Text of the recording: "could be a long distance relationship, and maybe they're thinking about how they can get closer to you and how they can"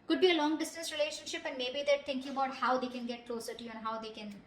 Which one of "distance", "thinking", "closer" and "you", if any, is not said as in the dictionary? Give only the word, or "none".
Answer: thinking